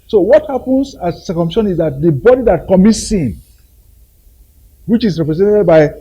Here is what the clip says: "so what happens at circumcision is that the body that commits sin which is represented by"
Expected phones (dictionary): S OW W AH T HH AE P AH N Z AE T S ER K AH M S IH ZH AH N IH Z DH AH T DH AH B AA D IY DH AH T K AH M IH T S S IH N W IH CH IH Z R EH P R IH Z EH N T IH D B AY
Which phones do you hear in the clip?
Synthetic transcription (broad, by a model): S OW W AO T HH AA P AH N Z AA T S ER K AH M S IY SH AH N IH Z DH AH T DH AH B AA D IY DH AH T K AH M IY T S S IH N W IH CH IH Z R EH P R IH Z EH N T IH D B AY